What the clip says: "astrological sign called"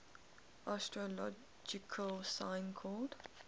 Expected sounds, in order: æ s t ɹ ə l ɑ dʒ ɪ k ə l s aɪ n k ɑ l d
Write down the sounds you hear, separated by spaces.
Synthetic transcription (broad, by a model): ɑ s t ɹ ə l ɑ dʒ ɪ k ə l s aɪ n k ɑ d